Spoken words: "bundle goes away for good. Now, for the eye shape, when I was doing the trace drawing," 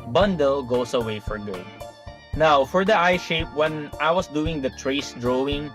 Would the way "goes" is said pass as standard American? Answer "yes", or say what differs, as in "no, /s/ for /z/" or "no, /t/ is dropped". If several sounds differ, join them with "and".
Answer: no, /s/ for /z/